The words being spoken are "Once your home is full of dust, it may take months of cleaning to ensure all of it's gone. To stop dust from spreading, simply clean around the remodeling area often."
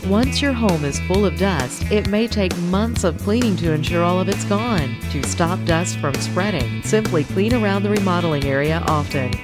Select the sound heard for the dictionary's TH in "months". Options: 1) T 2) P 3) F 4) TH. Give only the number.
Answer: 4